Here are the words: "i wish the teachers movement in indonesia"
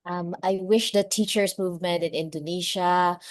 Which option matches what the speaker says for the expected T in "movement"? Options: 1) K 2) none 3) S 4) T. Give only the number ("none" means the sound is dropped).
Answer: 4